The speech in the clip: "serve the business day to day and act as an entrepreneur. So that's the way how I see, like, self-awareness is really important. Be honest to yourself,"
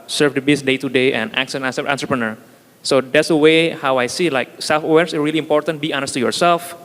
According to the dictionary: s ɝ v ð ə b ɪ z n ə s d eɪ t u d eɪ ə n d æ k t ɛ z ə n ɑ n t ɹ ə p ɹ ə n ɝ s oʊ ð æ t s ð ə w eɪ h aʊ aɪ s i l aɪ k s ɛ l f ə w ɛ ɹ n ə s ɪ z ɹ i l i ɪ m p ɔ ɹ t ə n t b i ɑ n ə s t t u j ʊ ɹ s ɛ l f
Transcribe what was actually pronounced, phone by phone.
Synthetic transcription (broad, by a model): s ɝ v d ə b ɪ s d eɪ t u d eɪ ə n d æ k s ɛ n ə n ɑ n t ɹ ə p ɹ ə n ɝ s oʊ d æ t s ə w eɪ h aʊ aɪ s i l aɪ k s ɛ l f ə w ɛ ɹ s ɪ ɹ i l i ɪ m p ɔ ɹ t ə n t b i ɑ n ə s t t u j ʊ ɹ s ɛ l f